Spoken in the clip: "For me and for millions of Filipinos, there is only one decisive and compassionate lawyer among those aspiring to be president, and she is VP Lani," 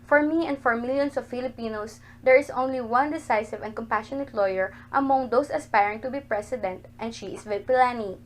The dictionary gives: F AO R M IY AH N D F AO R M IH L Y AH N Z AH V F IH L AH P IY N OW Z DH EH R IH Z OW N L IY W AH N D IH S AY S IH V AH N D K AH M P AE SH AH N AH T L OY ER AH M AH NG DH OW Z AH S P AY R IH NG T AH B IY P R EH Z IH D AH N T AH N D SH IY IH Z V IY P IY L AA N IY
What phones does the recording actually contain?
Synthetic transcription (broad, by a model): F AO R M IY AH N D F AO R M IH L Y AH N S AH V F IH L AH P IY N OW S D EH R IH S OW N L IY W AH N D IH S AY S IH V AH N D K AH M P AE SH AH N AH T L OY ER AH M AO NG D OW S AH S P AY R IH NG T AH B IY P R EH S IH D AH N T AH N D SH IY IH S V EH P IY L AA N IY